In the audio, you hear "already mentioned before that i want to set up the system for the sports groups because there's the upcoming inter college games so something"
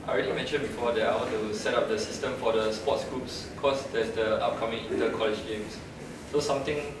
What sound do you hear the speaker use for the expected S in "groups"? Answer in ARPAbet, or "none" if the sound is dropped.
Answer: S